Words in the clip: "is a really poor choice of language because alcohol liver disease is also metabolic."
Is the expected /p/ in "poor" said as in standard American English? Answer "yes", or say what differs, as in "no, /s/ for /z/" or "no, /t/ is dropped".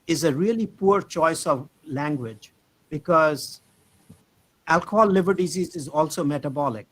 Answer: yes